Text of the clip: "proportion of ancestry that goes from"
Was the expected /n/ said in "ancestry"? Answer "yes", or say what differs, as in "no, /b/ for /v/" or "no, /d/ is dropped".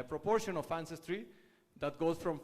yes